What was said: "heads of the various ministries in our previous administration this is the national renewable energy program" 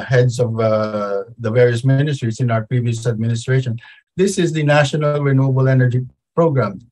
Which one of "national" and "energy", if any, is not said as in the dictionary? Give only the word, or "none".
none